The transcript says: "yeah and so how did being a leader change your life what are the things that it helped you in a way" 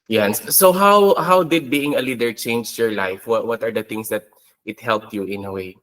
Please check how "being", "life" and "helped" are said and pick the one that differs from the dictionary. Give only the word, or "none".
none